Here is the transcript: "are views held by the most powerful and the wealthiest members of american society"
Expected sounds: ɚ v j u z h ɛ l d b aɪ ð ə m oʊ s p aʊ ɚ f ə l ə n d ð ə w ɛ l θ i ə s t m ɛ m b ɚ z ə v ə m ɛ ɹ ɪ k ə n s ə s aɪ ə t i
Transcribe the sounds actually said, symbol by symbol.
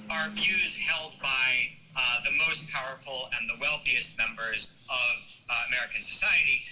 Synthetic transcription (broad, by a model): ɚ v j u z h ɛ l d b aɪ ð ə m oʊ s p aʊ ɚ f l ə n ð ə w ɛ l θ i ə s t m ɛ m b ɚ z ə v ə m ɛ ɹ ɪ k ə n s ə s aɪ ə t i